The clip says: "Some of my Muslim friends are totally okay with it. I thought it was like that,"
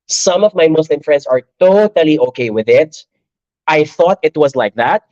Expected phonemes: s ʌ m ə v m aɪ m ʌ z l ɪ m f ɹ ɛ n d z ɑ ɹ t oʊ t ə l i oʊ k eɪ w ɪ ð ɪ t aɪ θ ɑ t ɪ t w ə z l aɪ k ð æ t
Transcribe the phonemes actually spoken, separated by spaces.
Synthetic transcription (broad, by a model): s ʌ m ə v m aɪ m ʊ s l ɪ m f ɹ ɛ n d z ɑ ɹ t oʊ t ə l i oʊ k eɪ w ɪ ð ɪ t aɪ θ ɑ t ɪ t w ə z l aɪ k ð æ t